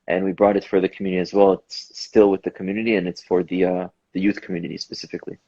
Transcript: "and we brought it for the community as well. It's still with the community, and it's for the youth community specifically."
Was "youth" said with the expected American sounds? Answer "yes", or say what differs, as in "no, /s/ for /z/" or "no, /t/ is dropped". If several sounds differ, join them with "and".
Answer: yes